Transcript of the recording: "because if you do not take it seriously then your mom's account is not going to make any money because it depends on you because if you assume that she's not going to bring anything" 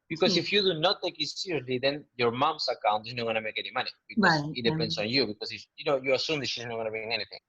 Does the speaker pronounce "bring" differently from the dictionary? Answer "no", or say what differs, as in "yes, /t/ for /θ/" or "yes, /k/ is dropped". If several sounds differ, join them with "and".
yes, /ɹ/ is dropped